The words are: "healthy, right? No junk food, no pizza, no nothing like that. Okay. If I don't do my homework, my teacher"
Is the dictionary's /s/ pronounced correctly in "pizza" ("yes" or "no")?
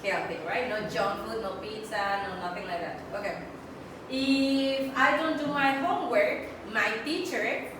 no